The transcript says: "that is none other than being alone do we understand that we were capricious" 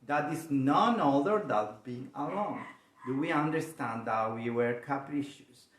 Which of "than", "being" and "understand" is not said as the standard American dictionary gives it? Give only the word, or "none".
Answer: than